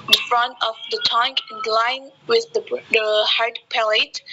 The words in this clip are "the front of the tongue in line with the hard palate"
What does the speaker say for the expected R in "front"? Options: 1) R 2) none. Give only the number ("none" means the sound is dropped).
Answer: 1